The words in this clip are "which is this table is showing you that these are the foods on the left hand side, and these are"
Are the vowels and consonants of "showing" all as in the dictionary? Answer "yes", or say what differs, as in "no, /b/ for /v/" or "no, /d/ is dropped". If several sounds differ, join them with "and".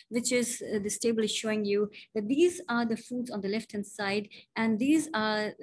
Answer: yes